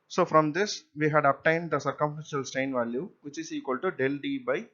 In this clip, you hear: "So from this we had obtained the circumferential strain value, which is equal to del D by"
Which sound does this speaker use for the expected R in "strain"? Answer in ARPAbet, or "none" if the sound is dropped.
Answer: none